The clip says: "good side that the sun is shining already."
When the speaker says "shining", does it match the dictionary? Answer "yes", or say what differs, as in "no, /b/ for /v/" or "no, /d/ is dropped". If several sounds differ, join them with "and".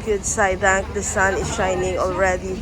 yes